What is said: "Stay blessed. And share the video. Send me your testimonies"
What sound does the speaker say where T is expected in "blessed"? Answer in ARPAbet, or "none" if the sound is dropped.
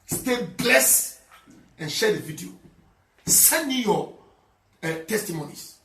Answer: none